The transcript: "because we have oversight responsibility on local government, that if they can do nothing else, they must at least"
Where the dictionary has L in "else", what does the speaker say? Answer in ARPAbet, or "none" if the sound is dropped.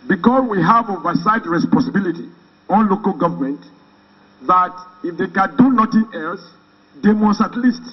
L